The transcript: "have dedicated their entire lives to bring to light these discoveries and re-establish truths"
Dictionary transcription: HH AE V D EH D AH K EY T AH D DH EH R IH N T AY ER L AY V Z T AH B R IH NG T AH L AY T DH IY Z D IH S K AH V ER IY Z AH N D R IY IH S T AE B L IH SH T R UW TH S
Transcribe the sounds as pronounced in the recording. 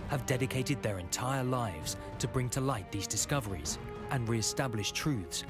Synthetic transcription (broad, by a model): HH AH V D EH D AH K EY T AH D DH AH R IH N T AY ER L AY V Z T AH B R IH NG T AH L AY T DH IY Z D IH S K AH V ER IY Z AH N R IY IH S T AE B L IH SH T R UW TH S